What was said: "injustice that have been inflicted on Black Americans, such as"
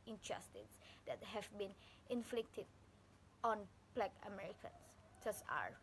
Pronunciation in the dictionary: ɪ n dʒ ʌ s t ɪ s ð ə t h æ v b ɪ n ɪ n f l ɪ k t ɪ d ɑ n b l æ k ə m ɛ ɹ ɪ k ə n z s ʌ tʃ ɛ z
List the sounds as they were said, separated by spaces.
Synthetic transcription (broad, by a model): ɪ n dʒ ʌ s t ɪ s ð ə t h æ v b ɪ n ɪ n f l ɪ k t ɪ d ɑ n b l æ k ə m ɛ ɹ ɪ k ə n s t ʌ s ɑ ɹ